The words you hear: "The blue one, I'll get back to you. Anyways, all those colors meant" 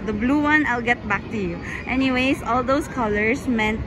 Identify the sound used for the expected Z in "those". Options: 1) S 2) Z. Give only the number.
1